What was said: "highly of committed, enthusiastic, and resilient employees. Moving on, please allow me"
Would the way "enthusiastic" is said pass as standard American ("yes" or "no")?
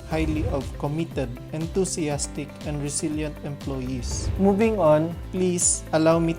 no